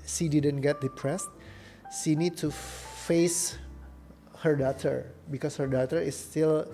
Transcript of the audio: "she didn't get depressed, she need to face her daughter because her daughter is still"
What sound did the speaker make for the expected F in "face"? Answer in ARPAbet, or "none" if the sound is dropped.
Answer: F